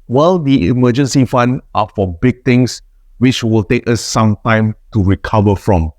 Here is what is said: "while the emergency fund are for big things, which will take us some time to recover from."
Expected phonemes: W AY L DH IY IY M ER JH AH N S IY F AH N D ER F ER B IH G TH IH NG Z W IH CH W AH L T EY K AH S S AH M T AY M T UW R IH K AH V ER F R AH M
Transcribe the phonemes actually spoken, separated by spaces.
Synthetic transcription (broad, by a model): W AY L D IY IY M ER JH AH N S IY F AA N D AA F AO B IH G T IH NG S W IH CH W AH L T EY K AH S S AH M T AY M T UW R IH K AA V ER F R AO M